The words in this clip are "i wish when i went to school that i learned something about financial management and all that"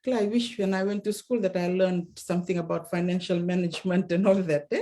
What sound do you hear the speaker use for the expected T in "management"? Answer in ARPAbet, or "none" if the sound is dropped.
T